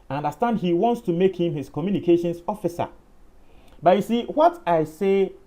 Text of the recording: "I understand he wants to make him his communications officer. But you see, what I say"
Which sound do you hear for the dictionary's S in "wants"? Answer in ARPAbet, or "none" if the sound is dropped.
S